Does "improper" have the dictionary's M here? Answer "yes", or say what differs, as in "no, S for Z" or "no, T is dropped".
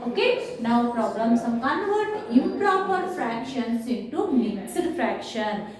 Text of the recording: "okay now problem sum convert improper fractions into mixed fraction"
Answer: no, M is dropped